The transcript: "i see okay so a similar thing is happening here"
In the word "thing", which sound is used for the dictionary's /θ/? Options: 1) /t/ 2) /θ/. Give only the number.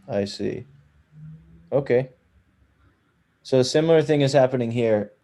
2